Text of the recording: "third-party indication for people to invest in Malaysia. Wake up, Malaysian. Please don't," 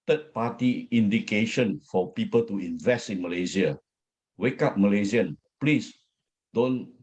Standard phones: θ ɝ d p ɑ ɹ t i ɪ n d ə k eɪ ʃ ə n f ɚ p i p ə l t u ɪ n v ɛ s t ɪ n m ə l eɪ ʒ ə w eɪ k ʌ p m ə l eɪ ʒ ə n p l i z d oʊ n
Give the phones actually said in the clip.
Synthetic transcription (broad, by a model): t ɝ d p ɑ t i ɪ n d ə k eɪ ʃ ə n f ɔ p i p ə l t u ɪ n v ɛ s t ɪ n m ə l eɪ z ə w eɪ k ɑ p m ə l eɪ z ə n p l i s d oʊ n